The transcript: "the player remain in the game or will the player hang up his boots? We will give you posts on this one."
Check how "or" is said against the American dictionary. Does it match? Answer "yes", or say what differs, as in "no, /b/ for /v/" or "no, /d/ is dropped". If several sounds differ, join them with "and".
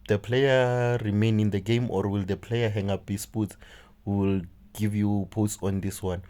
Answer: yes